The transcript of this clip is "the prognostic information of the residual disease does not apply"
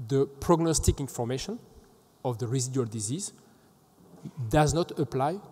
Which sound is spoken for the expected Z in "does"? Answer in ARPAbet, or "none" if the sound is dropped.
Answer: Z